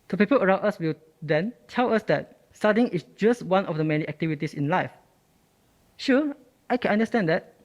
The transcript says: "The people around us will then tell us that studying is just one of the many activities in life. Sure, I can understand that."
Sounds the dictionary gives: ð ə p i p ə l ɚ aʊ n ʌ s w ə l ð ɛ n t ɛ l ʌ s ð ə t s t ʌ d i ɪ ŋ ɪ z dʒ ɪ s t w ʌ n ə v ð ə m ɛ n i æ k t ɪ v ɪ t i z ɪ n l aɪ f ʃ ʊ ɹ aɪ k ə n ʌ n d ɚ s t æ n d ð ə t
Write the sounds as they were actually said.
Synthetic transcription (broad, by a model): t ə p i p ə l ɚ aʊ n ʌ s w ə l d ɛ n t ɛ l ʌ s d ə t s t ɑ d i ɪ ŋ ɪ s dʒ ɪ s t w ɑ n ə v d ə m ɛ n i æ k t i v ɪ t i s ɪ n l aɪ f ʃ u aɪ k ə n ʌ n d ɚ s t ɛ n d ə t